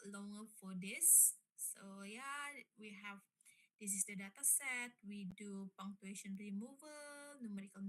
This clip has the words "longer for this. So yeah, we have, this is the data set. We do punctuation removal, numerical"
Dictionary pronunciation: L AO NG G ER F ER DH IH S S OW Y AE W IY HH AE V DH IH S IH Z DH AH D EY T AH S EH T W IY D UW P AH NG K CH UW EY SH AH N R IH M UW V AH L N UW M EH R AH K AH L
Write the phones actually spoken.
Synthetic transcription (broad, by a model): L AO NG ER F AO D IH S S OW Y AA W IY HH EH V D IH S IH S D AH D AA T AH S EH T W IY D UW P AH NG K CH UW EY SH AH N R IH M UW V AH L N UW M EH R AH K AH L